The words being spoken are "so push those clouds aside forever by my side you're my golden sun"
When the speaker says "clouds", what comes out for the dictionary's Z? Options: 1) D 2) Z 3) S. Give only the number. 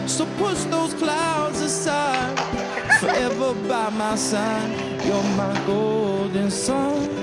2